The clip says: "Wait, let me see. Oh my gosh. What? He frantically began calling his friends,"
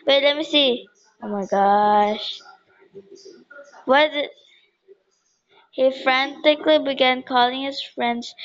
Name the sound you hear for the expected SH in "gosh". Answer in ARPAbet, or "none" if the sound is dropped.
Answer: SH